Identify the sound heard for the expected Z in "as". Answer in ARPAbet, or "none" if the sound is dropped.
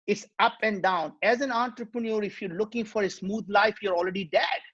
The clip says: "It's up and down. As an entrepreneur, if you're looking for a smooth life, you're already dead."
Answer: Z